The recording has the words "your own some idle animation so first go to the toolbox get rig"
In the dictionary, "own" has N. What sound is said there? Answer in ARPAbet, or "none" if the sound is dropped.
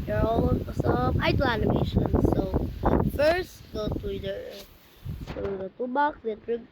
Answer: L